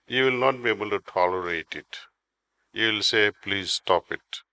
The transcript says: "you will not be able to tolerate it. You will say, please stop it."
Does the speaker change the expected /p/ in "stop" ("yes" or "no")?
no